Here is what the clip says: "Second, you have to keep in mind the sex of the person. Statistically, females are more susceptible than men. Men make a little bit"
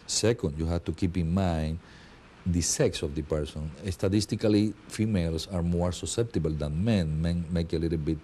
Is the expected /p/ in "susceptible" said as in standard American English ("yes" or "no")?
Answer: yes